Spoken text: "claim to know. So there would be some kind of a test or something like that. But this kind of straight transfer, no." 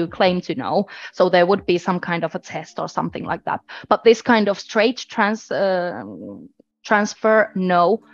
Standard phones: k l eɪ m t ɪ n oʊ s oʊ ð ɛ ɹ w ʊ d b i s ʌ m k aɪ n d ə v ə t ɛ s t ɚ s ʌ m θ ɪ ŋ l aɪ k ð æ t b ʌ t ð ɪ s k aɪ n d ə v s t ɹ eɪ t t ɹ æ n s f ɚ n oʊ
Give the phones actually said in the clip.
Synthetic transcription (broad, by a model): k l eɪ m t ɪ n oʊ s oʊ ð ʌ ɹ w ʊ d b i s ʌ m k aɪ n d ə v ə t ɛ s t ɚ s ʌ m θ ɪ ŋ l aɪ k ð æ t b ʌ t ð ɪ s k aɪ n d ə v s t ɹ eɪ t t ɹ æ n s f ɚ n oʊ